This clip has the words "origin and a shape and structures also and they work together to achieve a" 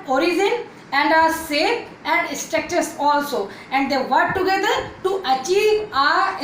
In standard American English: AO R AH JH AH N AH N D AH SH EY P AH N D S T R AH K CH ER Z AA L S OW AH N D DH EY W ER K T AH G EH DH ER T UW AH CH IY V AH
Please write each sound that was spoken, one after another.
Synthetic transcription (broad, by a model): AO R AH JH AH N AH N D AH S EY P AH N D S T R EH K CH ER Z AA L S OW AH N D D EY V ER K T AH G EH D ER T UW AH CH IY V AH